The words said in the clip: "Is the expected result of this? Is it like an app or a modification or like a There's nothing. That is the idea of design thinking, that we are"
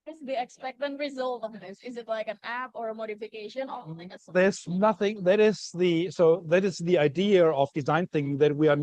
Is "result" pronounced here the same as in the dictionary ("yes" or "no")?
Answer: yes